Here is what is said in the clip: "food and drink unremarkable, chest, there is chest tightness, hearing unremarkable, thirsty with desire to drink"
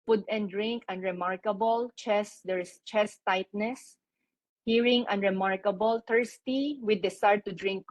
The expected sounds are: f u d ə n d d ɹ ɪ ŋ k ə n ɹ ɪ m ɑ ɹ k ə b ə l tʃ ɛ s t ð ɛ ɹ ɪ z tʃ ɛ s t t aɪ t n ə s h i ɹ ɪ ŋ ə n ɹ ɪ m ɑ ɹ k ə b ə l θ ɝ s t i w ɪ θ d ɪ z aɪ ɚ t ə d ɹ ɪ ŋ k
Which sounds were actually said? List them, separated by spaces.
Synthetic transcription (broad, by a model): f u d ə n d d ɹ ɪ ŋ k ə n ɹ ɪ m ɑ ɹ k ə b ə l tʃ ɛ s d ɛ ɹ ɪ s tʃ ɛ s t t aɪ t n ə s h i ɹ ɪ ŋ ə n ɹ ɪ m ɑ ɹ k ə b ə l t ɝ s t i w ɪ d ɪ s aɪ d t ə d ɹ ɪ ŋ k